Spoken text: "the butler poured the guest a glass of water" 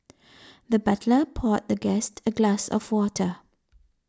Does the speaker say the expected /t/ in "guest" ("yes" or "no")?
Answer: yes